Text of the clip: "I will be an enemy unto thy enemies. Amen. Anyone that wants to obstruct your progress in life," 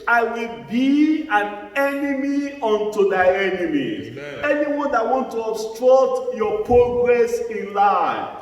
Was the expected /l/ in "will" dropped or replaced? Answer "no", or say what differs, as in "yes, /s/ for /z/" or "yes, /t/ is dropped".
no